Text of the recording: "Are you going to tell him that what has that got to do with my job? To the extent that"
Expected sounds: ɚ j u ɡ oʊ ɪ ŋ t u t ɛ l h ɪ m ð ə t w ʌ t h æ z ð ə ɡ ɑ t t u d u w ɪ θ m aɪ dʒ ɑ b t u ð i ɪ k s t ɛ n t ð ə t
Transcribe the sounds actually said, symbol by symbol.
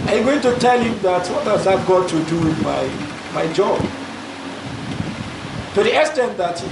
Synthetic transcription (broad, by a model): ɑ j ɡ oʊ ɪ ŋ t u t ɛ l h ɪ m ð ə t w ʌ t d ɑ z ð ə ɡ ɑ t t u d u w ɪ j m aɪ dʒ ɑ b t u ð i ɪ s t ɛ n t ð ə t